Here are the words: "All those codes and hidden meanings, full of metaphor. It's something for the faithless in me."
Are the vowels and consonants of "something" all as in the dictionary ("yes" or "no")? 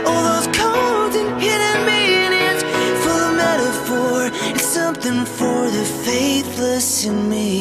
yes